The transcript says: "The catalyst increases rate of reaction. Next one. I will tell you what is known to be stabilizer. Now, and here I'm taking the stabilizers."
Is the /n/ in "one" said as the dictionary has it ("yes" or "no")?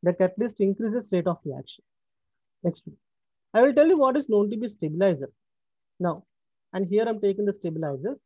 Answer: no